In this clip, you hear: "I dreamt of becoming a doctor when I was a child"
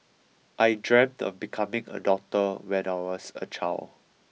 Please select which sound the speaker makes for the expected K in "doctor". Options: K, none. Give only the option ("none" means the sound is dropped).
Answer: none